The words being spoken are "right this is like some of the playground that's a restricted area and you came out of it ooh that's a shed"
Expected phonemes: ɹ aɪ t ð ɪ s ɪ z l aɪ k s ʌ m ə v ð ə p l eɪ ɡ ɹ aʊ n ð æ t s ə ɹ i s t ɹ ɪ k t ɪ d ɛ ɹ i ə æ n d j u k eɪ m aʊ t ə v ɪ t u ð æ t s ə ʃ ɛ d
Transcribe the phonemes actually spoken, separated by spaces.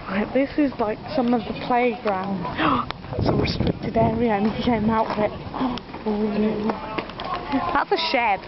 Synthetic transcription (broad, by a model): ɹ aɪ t ð ɪ s ɪ z l aɪ k s ʌ m ə v ð ə p l eɪ ɡ ɹ aʊ n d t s ə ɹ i s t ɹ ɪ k t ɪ d ɛ ɹ i ə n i k eɪ m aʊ t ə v ɪ t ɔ ð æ t s ə ʃ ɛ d